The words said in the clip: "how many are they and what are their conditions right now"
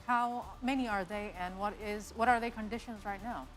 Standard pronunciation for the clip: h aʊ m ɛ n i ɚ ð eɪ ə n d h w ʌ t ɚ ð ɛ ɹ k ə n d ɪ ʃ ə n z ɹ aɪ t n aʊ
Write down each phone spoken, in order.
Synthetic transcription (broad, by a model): h aʊ m ɛ n i ɚ ð eɪ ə n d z w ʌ t ɚ ð ɛ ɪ k ə n d ɪ ʃ ə n z ɹ aɪ t n aʊ